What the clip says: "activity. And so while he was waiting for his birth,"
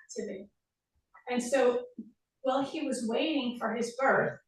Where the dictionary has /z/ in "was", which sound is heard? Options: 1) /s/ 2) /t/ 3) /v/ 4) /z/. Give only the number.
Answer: 4